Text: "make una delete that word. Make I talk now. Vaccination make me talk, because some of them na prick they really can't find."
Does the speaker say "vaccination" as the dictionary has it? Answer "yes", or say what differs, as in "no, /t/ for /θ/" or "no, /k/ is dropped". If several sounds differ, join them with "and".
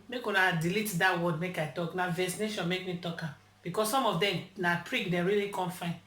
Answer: no, /k/ is dropped